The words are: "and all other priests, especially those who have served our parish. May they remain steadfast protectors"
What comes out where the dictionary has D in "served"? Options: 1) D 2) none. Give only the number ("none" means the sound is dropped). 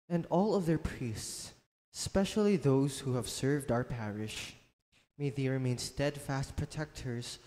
1